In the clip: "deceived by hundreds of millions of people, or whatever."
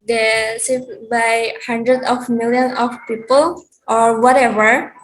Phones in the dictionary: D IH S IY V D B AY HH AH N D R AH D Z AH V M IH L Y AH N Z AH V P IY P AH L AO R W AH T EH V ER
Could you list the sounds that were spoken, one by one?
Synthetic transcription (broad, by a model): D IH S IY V B AY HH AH N D R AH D AH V M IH L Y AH N AH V P IY P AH L AO R W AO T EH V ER